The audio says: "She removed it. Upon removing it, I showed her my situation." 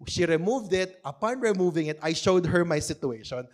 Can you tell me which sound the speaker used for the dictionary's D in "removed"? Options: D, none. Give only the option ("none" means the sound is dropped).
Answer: D